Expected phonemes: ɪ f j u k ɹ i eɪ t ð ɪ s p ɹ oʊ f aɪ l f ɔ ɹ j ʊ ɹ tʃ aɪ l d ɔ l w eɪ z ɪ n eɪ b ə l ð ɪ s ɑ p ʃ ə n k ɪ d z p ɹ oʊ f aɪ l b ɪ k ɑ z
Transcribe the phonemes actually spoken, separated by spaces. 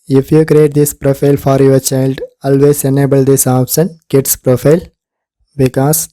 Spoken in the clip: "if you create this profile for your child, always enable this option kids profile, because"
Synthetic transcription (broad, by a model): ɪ f j u k ɹ i eɪ t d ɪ s p ɹ oʊ f aɪ l f ɔ ɹ j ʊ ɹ tʃ aɪ l d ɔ l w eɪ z ɪ n eɪ b ə l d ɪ s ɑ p s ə n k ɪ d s p ɹ oʊ f aɪ l b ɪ k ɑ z